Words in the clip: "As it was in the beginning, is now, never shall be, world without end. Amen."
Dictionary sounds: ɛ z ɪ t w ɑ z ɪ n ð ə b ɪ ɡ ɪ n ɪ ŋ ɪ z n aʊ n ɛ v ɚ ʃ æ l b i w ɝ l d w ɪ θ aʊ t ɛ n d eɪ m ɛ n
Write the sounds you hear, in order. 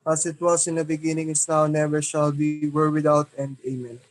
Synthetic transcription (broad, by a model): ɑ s ɪ t w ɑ s ɪ n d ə b ɪ ɡ ɪ n ɪ ŋ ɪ s n aʊ n ɛ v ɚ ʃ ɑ l b i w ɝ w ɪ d aʊ t ɛ n d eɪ m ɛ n